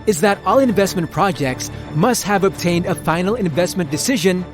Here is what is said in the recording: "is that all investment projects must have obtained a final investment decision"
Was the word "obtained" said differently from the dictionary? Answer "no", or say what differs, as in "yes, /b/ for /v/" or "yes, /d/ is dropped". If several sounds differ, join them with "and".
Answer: no